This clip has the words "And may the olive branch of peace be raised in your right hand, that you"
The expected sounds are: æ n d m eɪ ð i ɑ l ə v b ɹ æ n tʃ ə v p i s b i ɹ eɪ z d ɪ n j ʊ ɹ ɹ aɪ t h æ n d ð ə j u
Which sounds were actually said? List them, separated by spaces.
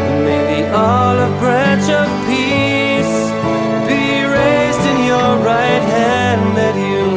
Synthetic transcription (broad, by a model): m eɪ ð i ɑ l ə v b ɹ æ n tʃ ə v p i s b i ɹ eɪ z d ɪ n j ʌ ɹ ɹ aɪ t h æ n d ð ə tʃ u